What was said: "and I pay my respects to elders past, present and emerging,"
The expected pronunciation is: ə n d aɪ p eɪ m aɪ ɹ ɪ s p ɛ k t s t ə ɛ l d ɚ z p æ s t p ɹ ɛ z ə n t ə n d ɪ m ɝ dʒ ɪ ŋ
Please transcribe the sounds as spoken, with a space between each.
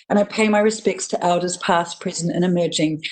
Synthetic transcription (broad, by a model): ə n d aɪ p eɪ m aɪ ɹ ɪ s p ɛ k t s t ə ɛ l d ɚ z p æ s p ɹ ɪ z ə n ə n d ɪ m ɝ dʒ ɪ ŋ